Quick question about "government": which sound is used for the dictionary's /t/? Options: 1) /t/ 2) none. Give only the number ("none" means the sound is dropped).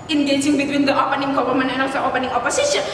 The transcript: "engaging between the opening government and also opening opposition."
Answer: 2